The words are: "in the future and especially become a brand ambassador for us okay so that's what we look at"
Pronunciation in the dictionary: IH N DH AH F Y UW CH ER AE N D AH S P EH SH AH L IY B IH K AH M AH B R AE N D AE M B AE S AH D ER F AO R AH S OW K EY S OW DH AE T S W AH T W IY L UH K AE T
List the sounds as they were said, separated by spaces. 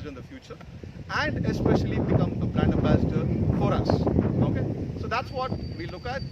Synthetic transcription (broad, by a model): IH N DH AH F Y UW CH ER AE N D AH S P EH SH AH L IY B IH K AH M AH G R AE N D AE B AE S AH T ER F AO R AH S OW K EY S OW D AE T S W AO T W IY L UH K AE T